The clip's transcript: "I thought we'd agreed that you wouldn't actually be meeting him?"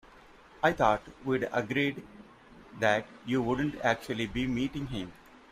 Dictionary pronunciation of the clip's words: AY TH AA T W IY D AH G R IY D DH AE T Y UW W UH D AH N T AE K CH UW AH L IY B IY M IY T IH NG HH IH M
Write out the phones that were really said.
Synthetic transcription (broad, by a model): AY T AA T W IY D AH G R IY D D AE T Y UW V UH D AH N T AE K CH UW AH L IY B IY M IY T IH NG HH IH M